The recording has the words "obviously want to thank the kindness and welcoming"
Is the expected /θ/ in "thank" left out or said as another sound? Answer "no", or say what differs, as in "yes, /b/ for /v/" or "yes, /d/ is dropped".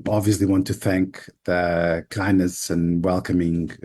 no